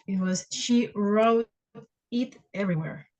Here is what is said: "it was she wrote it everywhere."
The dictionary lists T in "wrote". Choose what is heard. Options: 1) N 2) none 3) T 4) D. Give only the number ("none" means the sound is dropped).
2